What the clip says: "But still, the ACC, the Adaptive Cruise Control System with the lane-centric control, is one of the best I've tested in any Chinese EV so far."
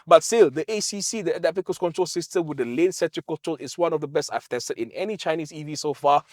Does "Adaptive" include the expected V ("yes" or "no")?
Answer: no